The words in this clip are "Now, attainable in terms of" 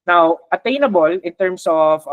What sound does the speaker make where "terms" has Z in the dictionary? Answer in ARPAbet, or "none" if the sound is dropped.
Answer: S